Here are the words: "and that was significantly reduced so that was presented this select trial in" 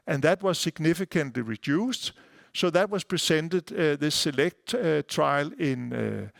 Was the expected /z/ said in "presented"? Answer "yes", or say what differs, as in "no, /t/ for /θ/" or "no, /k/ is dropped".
no, /s/ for /z/